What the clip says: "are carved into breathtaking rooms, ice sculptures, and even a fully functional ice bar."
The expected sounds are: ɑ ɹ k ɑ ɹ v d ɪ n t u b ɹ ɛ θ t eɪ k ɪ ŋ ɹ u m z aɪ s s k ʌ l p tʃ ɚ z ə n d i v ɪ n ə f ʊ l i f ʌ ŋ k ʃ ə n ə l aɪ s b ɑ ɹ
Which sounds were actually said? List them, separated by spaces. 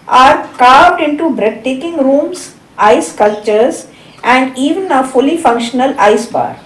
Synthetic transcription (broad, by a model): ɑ ɹ k ɑ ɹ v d ɪ n t u b ɹ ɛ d t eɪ k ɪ ŋ ɹ u m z aɪ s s k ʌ l tʃ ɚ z ə n d i v ɪ n ə f ʊ l i f ʌ ŋ k ʃ ə n ə l aɪ s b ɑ ɹ